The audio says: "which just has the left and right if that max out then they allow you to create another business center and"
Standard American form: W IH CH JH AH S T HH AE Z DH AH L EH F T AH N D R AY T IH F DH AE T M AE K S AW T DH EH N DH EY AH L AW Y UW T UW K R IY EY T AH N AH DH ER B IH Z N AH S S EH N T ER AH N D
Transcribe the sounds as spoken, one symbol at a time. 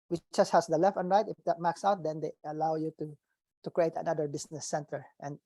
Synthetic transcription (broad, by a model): W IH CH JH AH S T HH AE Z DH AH L EH F T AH N R AY T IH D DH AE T M AE K S AW T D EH N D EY AH L AW Y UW T UW K R IY EY T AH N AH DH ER B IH S N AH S S EH N T ER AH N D